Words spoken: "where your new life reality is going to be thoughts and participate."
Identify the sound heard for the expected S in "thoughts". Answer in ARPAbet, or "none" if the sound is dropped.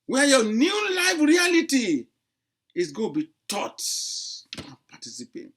none